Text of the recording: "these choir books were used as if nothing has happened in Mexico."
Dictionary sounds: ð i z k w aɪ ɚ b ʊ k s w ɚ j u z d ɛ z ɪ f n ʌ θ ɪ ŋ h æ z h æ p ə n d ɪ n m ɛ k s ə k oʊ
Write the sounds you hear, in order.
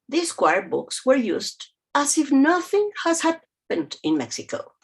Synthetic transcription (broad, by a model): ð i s k w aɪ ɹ b ʊ k s w ɚ j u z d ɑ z ɪ f n ʌ θ ɪ ŋ h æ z h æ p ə n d ɪ n m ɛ k s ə k oʊ